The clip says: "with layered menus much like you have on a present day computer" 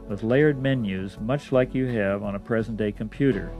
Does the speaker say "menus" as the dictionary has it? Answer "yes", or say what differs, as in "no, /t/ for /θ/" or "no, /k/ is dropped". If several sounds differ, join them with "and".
yes